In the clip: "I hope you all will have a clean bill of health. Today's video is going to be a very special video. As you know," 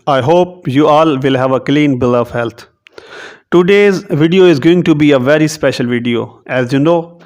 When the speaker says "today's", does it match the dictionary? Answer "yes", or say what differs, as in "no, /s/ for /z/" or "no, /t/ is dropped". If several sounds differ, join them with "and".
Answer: yes